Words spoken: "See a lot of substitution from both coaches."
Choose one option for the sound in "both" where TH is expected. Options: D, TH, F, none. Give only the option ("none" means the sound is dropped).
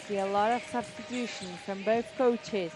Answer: TH